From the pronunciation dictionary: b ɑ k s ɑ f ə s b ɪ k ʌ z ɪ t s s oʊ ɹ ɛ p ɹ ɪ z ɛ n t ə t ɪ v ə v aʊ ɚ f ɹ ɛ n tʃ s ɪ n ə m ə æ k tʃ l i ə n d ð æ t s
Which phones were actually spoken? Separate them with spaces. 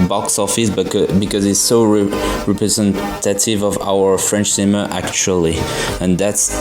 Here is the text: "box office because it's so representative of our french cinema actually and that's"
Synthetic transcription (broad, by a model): b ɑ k s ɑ f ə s b ɪ k ʌ z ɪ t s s oʊ ɹ ɛ p ɹ ɪ z ɛ n t ə t ɪ v ə v aʊ ɚ f ɹ ɛ n tʃ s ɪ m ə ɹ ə æ k tʃ l i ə n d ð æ t s